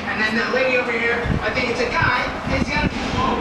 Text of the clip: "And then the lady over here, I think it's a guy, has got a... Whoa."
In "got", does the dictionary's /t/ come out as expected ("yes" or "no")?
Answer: no